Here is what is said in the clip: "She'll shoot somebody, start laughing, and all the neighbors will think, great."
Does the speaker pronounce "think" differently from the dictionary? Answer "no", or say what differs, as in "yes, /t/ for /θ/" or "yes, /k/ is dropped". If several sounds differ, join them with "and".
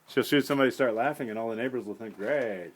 no